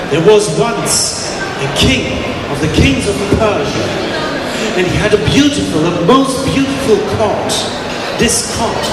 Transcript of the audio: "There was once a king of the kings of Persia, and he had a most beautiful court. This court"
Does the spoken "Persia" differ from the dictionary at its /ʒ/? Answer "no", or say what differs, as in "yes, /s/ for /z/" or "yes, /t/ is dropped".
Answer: no